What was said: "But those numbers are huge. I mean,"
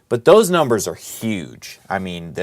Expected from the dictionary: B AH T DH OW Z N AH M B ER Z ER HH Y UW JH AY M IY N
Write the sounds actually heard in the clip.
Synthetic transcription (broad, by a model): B AH T DH OW Z N AH M B ER Z ER HH Y UW JH AY M IY N